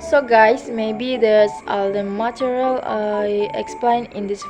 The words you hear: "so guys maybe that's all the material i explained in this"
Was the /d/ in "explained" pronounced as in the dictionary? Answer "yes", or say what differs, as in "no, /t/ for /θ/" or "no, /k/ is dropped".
no, /d/ is dropped